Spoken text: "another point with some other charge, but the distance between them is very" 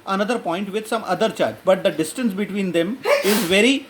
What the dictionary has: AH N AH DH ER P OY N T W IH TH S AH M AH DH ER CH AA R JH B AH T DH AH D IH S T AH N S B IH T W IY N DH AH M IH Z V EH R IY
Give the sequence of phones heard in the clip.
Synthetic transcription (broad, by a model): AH N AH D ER P OY N T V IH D S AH M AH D ER CH AA R JH B AH T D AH D IH S T AH N S B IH T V IY N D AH M IH Z V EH R IY